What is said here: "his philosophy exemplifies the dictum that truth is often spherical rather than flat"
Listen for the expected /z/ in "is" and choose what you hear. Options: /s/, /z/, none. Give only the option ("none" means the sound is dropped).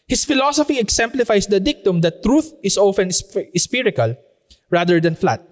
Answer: /s/